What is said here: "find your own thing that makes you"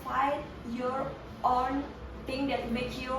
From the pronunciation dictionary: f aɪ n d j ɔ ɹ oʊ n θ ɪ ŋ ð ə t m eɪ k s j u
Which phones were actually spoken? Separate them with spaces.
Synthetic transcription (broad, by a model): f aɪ j ɔ ɹ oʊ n t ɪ ŋ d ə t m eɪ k j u